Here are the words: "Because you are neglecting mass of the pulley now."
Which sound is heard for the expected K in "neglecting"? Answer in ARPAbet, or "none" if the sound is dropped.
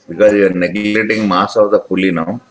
none